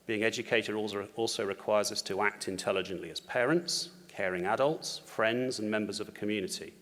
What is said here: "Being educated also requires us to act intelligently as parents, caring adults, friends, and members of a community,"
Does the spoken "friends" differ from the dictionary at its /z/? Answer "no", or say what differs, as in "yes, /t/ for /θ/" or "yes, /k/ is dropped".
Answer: no